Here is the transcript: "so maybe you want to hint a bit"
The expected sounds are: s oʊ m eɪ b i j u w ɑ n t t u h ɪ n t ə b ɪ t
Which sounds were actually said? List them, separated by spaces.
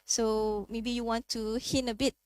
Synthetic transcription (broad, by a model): s oʊ m eɪ b i j u w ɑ n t t u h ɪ n ə b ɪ t